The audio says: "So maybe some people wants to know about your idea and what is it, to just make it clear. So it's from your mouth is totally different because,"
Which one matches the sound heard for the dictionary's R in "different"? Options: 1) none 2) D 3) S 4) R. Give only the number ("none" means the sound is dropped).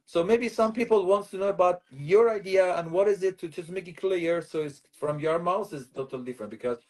4